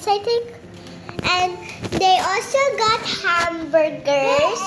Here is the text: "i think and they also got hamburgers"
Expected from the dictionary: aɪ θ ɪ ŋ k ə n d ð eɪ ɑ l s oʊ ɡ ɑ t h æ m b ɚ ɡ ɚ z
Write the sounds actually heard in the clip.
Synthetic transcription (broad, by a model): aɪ t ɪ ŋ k ə n d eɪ ɑ l s oʊ ɡ ɑ t h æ m b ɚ ɡ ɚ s